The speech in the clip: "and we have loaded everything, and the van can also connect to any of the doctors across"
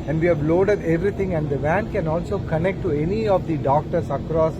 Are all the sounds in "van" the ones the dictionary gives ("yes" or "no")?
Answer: yes